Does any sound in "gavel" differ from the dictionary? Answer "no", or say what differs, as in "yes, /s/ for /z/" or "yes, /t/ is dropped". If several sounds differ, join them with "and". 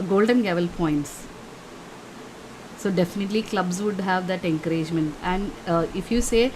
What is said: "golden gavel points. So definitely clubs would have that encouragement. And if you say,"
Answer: no